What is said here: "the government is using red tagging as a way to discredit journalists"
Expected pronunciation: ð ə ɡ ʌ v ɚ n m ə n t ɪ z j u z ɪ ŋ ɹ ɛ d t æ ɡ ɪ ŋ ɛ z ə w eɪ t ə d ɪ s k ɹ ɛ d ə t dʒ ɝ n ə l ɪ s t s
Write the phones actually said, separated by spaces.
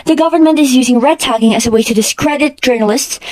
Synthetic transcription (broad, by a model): ð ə ɡ ʌ v ɚ n m ə n t ɪ z j u z ɪ ŋ ɹ ɛ d t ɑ ɡ ɪ ŋ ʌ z ə w eɪ t ə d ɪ s k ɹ ɛ d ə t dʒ ɝ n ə l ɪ s t s